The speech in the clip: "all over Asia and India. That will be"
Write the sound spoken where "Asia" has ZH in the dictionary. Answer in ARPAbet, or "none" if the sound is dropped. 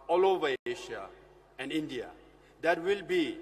SH